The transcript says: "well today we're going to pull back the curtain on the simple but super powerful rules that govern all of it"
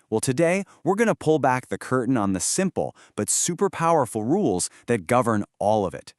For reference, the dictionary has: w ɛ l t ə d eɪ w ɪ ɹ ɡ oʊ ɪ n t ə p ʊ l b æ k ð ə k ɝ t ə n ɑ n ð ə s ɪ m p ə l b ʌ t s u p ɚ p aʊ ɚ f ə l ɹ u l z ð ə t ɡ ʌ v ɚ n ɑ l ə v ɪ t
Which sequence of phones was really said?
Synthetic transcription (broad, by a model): w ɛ l t ə d eɪ w ɪ ɹ ɡ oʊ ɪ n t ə p ʊ l b æ k ð ə k ɝ t n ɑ n ð ə s ɪ m p l b ʌ t s u p ɚ p aʊ ɚ f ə l ɹ u l z ð ə t ɡ ʌ v ɚ n ɑ l ə v ɪ t